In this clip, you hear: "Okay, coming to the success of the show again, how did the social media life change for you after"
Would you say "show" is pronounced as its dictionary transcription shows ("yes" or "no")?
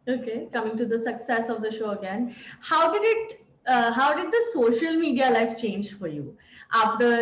yes